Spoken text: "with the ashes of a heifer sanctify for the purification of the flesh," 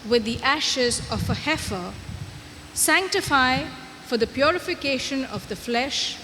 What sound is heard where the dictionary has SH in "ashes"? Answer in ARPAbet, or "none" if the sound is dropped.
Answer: SH